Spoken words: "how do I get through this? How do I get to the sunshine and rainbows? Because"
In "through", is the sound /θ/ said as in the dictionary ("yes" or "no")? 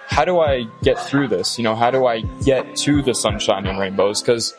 yes